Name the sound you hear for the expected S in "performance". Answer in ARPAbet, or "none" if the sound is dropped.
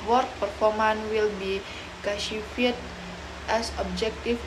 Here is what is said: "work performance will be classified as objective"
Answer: none